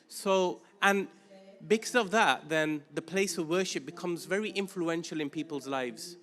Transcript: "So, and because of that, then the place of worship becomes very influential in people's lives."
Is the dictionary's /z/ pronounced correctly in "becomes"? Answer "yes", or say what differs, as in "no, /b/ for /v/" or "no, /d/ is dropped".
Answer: yes